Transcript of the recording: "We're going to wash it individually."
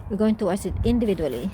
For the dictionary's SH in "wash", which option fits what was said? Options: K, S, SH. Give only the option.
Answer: S